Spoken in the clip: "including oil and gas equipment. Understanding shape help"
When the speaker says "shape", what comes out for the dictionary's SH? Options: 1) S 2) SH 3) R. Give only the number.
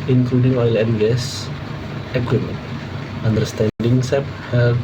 1